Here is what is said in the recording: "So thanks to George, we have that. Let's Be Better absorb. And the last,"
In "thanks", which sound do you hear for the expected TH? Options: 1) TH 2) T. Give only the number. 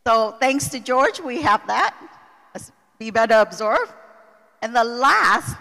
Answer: 1